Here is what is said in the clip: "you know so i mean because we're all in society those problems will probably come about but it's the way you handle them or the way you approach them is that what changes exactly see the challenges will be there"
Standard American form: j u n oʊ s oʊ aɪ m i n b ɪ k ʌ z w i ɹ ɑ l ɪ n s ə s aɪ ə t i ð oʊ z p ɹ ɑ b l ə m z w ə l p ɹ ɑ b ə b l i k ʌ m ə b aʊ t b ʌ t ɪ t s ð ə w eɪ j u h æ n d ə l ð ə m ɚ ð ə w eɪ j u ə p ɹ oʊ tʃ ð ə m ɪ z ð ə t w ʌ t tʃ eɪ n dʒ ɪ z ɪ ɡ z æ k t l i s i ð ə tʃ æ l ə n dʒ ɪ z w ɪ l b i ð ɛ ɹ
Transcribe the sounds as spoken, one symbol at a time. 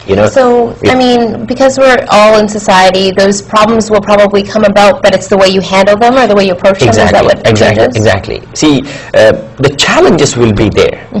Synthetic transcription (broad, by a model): j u n oʊ s oʊ aɪ m i n b ɪ k ʌ z w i ɹ ɑ l ɪ n s ə s aɪ ə t i ð oʊ z p ɹ ɑ b l ə m z w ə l p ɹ ɑ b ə b l i k ʌ m ə b aʊ t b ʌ t ɪ t s ð ə w eɪ j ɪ h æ n d l ð ə m ɚ ð ə w eɪ j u ə p ɹ oʊ tʃ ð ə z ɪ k ð ə t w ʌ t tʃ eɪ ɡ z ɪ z ɪ ɡ z æ k t l i s i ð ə tʃ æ l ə n dʒ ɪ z w ɪ l b i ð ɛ ɹ